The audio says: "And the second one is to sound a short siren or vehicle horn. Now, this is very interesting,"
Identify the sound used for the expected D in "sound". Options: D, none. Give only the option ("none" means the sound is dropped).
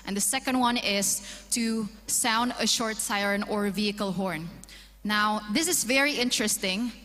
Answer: D